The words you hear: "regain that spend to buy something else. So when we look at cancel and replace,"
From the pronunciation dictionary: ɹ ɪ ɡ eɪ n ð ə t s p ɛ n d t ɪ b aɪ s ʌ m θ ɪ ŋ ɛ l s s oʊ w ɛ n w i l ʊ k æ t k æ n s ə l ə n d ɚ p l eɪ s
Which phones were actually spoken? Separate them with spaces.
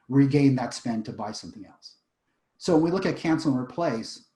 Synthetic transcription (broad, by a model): ɹ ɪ ɡ eɪ n ð ə t s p ɛ n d t ɪ b aɪ s ʌ m θ ɪ ŋ ɛ l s s oʊ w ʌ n w i l ʊ k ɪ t k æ n s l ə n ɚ p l eɪ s